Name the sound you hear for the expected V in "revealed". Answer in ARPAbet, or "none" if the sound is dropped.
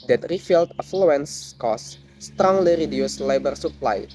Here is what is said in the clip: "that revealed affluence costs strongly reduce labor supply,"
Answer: F